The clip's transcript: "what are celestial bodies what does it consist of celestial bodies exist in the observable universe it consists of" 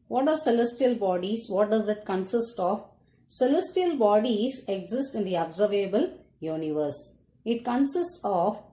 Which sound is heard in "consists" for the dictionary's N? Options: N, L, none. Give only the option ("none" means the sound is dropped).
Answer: N